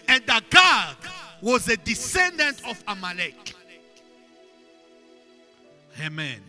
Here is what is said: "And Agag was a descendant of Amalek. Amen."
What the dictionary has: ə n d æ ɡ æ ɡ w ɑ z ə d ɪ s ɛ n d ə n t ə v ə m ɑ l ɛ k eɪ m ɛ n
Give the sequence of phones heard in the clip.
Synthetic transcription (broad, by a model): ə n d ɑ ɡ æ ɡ w ɑ z ə d ɪ s ɛ n d ə n t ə f ə m ɑ l ɛ k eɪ m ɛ n